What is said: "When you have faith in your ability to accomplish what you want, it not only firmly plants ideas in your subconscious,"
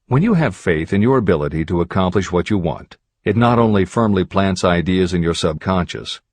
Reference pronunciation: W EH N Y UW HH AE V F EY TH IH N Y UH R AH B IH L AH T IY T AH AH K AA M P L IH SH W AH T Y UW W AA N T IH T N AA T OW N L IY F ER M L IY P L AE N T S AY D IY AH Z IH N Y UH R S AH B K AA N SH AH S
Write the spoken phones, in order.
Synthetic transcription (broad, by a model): W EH N Y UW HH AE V F EY TH IH N Y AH R AH B IH L AH T IY T AH AH K AA M P L IH SH W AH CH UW W AA N T IH T N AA T OW N L IY F ER M L IY P L AE N T S AY D IY AH Z IH N Y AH R S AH B K AA N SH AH S